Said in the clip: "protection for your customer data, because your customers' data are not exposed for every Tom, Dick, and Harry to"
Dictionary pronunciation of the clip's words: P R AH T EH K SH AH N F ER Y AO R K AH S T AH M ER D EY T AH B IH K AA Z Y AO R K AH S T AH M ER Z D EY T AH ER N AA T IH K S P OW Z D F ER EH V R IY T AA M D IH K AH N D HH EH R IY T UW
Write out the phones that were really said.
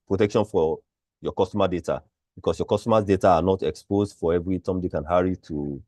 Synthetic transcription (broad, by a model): P R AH T EH K SH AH N F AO Y AO K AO S T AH M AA D EY T AH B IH K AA S Y AO K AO S T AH M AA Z D EY T AH N AA T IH K S P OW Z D F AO EH V R IY T AA M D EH K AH N HH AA R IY T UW